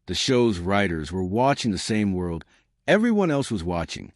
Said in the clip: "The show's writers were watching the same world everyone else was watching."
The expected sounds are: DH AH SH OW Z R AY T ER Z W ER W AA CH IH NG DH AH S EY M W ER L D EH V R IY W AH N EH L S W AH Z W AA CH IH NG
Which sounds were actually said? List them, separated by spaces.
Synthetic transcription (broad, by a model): DH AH SH OW Z R AY T ER Z W ER W AA CH IH NG DH AH S EY M W ER L D EH V R IY W AH N EH L S W AH Z W AA CH IH NG